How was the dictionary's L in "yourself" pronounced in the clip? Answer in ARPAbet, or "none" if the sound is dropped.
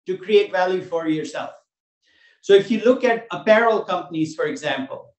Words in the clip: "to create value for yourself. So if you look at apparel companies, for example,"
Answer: L